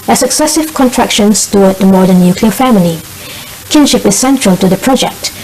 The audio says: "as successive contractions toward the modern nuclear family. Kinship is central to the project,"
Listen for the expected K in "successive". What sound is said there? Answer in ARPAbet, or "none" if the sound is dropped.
K